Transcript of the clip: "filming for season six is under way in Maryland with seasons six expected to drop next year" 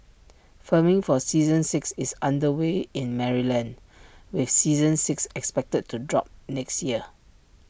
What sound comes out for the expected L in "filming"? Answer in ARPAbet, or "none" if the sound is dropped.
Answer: none